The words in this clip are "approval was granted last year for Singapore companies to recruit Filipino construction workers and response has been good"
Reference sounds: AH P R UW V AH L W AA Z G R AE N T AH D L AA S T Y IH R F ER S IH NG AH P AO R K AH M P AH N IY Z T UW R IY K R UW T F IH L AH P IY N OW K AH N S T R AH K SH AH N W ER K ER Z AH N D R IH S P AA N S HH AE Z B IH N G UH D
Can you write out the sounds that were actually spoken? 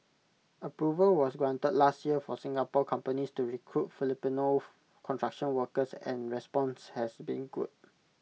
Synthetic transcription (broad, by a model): AH P R UW V AH L W AA S G R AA N T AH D L AA S T Y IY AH F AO S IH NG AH P AO K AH M P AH N IY S T UW R IY K R UW T F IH L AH P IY N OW K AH N T R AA K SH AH N W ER K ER S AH N R IH S P AA N S HH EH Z B IH N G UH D